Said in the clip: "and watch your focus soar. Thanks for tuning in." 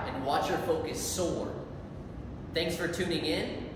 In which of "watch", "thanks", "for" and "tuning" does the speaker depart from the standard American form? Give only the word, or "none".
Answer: none